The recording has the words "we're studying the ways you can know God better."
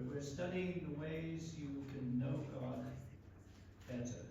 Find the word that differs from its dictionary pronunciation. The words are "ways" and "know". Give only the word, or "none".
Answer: none